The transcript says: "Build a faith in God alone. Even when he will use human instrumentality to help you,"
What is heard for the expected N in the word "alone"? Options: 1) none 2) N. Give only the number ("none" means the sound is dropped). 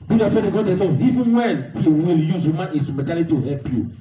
1